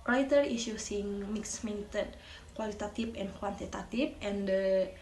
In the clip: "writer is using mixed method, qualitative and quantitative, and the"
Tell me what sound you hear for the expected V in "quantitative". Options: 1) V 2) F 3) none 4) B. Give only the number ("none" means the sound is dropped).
2